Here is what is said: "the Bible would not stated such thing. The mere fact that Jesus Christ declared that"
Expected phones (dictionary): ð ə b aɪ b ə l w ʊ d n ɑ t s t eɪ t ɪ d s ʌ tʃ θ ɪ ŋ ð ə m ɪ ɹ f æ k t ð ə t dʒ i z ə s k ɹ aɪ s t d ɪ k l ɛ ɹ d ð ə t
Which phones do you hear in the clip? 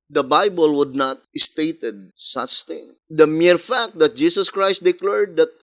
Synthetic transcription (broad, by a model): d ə b aɪ b ə l w ʊ d n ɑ t s t eɪ t ɪ d s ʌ tʃ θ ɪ ŋ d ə m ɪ ɹ f æ k t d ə t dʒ i s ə s k ɹ aɪ s t d ɪ k l ɛ ɹ d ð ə t